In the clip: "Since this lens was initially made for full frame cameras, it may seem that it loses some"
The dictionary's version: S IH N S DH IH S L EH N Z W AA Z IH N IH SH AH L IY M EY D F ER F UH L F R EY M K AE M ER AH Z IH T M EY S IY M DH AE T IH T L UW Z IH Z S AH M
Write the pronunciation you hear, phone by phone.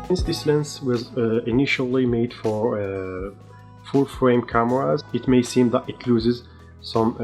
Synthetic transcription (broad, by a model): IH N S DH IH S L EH N S W AA Z IH N IH SH AH L IY M EY D F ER F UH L F R EY M K AE M ER AH Z IH T M EY S IY M DH AE T IH T L UW Z IH Z S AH M